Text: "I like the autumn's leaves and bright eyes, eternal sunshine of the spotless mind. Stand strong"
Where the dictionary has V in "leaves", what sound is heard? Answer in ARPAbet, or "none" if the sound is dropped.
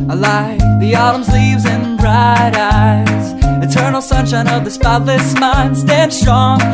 V